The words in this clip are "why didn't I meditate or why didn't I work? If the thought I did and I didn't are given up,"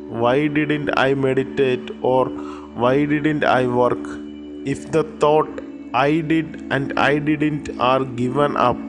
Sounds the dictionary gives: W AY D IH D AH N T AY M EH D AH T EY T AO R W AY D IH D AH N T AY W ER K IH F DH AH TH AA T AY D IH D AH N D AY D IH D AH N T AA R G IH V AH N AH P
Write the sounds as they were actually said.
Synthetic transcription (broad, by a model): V AY D IH D AH N T AY M EH D AH T EY T AO R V AY D IH D AH N T AY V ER K IH F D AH T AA T AY D IH D AH N D AY D IH D AH N T AA R G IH V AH N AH P